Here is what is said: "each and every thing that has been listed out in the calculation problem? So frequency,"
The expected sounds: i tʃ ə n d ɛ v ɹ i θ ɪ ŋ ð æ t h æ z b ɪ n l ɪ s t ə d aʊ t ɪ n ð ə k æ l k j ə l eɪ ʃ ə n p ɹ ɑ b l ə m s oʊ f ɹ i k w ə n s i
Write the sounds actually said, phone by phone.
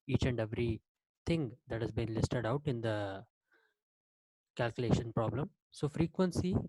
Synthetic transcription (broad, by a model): i tʃ ə n d ɛ v ɹ i t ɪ ŋ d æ t h æ z b ɪ n l ɪ s t ə d aʊ t ɪ n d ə k æ l k j ə l eɪ ʃ ə n p ɹ ɑ b l ə m s oʊ f ɹ i k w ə n s i